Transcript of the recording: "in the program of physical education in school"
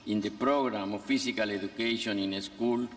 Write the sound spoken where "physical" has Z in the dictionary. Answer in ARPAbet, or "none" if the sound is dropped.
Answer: S